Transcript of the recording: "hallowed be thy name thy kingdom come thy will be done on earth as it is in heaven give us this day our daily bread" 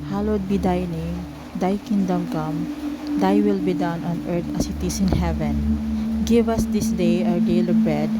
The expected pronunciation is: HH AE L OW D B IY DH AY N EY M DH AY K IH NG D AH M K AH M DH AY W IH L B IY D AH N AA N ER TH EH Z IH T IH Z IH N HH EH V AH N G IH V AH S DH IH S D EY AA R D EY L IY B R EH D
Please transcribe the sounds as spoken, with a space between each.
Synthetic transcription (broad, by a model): HH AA L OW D B IY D AY N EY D AY K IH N D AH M K AH M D AY W IH L B IY D AH N AA N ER T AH S IH T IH S IH N HH EH V AH N G IH V AH S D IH S D EY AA W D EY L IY B R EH D